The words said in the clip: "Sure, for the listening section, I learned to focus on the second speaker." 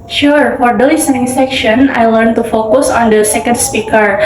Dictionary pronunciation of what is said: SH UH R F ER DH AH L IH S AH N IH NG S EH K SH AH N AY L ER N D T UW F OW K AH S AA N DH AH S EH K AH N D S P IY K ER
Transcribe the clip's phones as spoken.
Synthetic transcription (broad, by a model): SH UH R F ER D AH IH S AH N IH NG S EH K SH AH N AY L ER N T UW F OW K AH S AA N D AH S EH K AH N D S P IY K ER